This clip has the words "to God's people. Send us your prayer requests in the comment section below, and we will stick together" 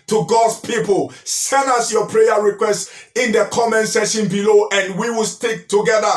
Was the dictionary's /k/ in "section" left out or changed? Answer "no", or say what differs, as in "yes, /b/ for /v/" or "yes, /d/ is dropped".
yes, /k/ is dropped